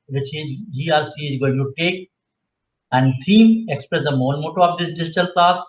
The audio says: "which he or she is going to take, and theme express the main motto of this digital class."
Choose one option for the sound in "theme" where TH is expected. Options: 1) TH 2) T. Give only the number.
2